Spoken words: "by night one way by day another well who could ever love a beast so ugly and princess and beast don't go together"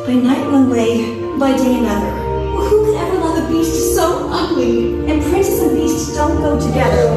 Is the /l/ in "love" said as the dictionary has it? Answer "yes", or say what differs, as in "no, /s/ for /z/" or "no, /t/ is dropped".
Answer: no, /w/ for /l/